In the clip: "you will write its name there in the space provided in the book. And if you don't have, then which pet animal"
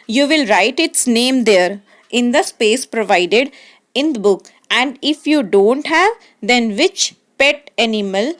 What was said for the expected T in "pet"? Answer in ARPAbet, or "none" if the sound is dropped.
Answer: T